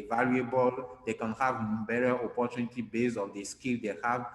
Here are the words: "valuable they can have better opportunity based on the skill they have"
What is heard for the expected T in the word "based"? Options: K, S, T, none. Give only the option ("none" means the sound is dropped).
none